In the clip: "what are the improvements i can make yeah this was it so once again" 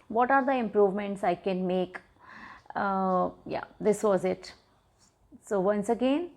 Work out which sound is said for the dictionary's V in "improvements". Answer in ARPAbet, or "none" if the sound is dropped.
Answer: V